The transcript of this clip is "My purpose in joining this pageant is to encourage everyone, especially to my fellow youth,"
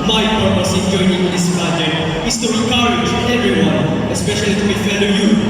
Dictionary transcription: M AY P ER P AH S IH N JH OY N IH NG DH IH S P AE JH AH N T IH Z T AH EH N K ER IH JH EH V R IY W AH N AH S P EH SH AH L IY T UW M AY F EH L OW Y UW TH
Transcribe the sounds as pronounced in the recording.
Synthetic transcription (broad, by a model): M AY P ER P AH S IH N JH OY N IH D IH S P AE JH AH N IH S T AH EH K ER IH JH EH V R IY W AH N AH S P EH SH AH L IY T UW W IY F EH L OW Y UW